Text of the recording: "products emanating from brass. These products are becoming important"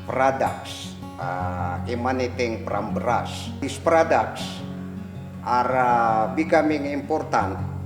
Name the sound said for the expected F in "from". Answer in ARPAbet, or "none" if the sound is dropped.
P